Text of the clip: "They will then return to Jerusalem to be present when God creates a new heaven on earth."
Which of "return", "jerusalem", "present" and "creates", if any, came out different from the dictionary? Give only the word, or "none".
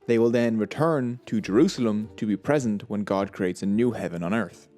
none